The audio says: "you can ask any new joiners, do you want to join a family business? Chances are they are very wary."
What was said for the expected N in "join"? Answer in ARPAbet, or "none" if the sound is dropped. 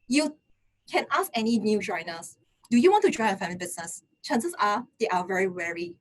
none